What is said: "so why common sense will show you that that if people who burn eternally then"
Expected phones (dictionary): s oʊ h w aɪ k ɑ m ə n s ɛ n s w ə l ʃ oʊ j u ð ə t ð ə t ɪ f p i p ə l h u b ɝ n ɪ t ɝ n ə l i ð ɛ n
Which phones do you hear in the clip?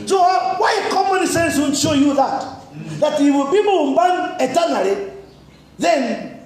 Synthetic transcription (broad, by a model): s oʊ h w aɪ k ɑ m ə n s ɛ n s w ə n ʃ oʊ j u ð ə t ð ə t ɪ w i b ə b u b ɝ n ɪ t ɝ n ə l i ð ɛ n